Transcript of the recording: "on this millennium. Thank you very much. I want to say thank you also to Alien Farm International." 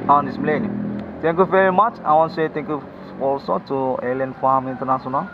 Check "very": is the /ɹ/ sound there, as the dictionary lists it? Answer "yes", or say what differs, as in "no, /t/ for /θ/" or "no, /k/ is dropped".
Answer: yes